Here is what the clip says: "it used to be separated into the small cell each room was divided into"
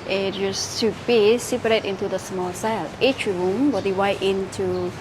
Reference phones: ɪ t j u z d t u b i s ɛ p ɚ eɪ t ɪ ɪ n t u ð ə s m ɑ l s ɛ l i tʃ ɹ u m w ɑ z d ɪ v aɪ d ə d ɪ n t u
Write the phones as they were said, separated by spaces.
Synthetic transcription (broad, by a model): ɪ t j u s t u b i s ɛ p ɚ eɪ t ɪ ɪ n t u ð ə s m ɑ l s ɛ l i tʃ ɹ u m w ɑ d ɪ w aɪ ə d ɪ n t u